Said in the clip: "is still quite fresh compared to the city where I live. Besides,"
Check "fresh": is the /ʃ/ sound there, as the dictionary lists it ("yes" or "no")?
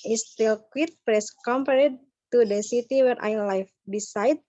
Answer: no